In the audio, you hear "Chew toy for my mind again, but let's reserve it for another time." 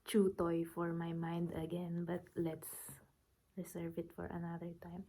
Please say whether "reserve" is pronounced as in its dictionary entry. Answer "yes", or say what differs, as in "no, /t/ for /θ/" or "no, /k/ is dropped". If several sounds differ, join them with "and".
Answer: no, /s/ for /z/